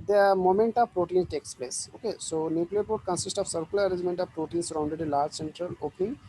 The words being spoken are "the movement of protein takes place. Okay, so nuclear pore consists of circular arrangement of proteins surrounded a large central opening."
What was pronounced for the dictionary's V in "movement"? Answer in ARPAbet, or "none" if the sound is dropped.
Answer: none